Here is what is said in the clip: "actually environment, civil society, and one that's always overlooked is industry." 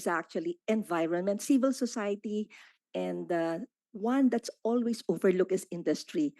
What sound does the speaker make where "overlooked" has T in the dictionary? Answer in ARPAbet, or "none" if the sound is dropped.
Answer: none